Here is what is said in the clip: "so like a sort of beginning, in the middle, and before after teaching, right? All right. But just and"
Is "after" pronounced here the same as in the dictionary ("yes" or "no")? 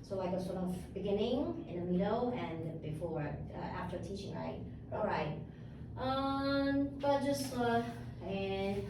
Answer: yes